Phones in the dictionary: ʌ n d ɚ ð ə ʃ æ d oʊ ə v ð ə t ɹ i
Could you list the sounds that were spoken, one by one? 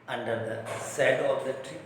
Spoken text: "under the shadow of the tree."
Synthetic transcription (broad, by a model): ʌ n d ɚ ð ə s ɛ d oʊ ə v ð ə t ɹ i